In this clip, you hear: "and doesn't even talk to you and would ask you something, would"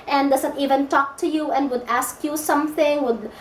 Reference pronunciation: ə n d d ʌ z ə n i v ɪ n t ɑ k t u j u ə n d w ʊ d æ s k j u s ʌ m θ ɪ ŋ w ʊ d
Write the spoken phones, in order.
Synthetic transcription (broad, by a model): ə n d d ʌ s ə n i v ɪ n t ɑ k t u j u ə n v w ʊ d æ s k j u s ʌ m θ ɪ ŋ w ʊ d